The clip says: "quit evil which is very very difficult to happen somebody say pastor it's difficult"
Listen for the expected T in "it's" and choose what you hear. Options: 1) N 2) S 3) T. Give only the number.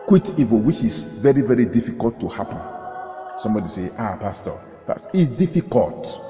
2